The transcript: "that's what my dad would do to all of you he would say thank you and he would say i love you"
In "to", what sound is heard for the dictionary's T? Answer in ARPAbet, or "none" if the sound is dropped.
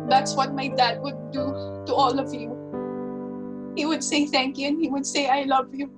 T